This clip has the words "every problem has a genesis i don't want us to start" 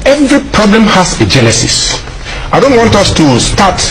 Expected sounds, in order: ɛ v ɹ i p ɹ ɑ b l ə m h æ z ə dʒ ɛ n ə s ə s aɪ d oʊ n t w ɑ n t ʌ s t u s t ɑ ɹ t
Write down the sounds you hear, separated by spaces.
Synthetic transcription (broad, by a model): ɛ v ɹ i p ɹ ɑ b l ə m h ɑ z ə dʒ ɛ l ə s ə s aɪ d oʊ n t w ɑ n t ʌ s t u s t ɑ t